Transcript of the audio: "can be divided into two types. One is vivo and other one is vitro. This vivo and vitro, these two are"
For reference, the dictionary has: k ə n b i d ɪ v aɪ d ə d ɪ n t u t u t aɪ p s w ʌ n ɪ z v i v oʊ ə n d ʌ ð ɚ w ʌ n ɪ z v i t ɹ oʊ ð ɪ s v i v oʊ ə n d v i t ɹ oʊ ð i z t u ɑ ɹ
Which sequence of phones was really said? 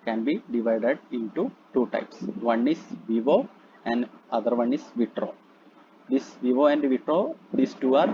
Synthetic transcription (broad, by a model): k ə n b i d ɪ v aɪ d ə d ɪ n t u t u t aɪ p s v ʌ n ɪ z v i v oʊ ə n d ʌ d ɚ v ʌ n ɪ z v i t ɹ oʊ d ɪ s v i v oʊ ə n d v i t ɹ oʊ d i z t u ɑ ɹ